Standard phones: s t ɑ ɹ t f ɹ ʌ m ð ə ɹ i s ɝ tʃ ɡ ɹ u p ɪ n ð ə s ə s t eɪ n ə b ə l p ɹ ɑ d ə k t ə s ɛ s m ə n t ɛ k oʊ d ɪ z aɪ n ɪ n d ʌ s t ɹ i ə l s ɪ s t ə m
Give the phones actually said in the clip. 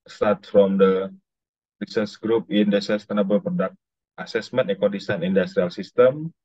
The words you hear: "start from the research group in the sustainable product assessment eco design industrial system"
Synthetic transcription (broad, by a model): s t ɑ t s f ɹ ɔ m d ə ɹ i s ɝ s ɡ ɹ u p ɪ n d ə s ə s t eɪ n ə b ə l p ɹ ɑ d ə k t ə s ɛ s m ə n t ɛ k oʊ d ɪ s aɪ n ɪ n d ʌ s t ɹ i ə l s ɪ s t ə m